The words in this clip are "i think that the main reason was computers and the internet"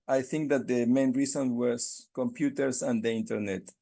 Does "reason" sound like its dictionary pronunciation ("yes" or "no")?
no